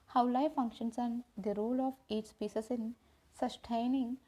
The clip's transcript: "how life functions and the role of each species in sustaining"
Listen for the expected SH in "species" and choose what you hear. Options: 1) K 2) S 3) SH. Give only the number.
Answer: 2